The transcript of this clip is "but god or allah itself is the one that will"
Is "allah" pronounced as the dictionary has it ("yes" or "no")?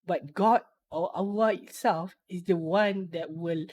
no